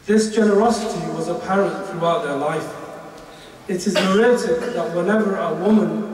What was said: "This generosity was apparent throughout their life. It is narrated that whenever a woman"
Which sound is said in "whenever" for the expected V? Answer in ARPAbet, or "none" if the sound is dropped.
V